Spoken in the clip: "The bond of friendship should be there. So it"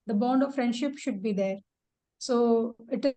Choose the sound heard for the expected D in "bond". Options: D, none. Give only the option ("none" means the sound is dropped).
D